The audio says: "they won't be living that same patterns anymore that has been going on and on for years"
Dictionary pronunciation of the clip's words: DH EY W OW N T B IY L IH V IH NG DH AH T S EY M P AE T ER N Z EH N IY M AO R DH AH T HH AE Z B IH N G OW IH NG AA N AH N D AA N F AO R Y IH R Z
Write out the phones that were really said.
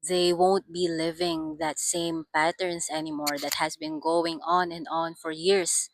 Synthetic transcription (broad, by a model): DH EY W OW N T B IY L IH V IH NG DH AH T S EY M P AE T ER N S EH N IY M AO R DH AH T HH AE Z B IH N G OW IH NG AA N AH N D AA N F AO R Y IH R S